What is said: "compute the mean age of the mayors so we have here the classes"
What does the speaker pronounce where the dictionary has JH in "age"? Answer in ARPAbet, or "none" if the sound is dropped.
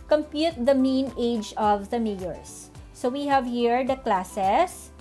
JH